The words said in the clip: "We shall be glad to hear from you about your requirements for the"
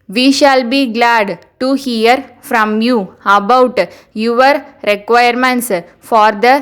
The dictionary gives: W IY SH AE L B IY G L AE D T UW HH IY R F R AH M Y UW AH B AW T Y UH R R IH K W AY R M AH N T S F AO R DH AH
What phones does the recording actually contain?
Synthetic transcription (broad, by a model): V IY SH AE L B IY G L AE D T UW HH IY R F R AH M Y UW AH B AW T Y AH R R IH K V AY R M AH N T S F AO R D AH